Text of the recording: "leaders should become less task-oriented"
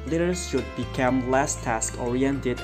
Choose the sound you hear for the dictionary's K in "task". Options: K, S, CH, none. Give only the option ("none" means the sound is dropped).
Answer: K